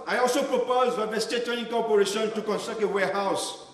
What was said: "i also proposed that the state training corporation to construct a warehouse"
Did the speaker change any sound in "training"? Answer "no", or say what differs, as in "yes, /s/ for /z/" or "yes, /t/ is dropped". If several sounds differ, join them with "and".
yes, /ɹ/ is dropped